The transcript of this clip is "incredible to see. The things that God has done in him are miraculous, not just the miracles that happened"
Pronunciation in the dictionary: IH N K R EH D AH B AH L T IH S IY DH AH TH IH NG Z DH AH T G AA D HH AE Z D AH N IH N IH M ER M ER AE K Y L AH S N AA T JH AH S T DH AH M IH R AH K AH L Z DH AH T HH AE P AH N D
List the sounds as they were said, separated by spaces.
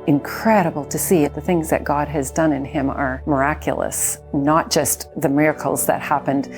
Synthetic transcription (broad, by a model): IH N K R EH D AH B L T IH S IY DH AH TH IH NG Z DH AH T G AA D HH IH Z D AH N IH N IH M ER M ER AE K Y L AH S N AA T JH AH S T DH AH M IH R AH K L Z DH AH T HH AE P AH N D